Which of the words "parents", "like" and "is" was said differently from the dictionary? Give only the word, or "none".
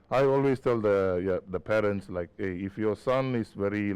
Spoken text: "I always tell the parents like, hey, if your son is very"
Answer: is